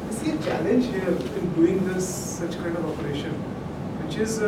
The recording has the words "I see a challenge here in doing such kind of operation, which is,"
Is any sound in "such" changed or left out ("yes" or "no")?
no